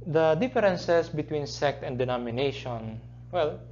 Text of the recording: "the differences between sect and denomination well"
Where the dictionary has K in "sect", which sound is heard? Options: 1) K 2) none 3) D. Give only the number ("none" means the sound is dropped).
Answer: 1